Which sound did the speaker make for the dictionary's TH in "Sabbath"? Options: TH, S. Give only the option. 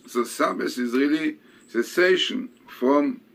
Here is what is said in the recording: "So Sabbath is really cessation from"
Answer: S